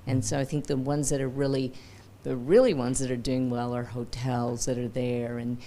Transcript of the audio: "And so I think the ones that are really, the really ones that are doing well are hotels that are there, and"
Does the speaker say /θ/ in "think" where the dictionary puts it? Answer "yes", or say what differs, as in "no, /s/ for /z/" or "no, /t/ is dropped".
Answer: yes